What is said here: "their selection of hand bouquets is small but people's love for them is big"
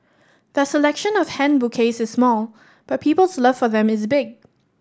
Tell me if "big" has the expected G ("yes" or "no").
yes